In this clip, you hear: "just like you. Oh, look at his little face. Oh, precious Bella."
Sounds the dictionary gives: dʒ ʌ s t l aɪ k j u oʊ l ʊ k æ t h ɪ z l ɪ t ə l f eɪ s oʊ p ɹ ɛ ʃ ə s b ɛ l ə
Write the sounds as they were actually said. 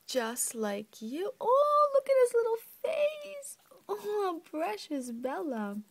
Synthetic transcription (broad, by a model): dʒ ʌ s t l aɪ k j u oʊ l ʊ k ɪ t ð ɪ s l ɪ t l f eɪ s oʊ p ɹ ɛ ʃ ə s b ɛ l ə